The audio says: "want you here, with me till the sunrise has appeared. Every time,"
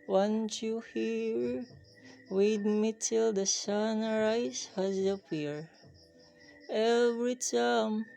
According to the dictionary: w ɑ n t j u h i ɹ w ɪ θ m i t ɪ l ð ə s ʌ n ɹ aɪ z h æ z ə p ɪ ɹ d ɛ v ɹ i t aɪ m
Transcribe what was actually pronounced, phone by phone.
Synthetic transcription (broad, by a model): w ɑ n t j u h i ɹ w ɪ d m i t ɪ l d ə s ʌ n ɹ aɪ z h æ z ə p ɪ ɹ ɛ v ɹ i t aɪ m